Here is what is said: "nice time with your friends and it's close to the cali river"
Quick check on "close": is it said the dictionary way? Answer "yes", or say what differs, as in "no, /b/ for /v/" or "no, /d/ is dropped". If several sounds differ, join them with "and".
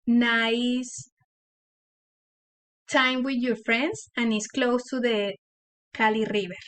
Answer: yes